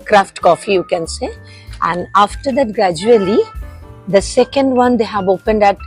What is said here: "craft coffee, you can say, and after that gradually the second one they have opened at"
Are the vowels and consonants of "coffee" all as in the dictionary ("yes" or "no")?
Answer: yes